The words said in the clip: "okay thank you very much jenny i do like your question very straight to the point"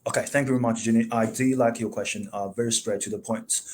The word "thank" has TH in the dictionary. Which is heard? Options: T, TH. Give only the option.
TH